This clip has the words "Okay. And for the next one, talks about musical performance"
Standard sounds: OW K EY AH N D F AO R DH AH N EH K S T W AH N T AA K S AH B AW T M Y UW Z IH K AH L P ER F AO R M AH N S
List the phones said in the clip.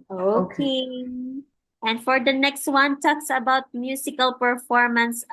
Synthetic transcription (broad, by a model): OW K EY AH N D F AO R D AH N EH K S T W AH N T AA K S AH B AW T M Y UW S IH K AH L P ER F AO R M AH N S